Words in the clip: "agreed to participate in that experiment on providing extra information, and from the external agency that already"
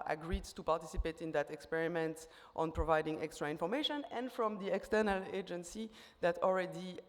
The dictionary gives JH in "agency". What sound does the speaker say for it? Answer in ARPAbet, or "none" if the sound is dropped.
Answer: JH